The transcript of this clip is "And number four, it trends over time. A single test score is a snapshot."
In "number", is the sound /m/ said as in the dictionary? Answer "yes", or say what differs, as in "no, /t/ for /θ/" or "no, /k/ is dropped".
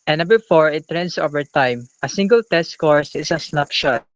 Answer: no, /m/ is dropped